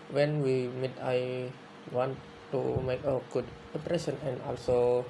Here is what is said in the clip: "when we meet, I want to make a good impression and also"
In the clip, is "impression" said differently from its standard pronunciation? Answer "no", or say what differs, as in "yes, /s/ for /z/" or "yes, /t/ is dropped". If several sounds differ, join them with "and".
yes, /m/ is dropped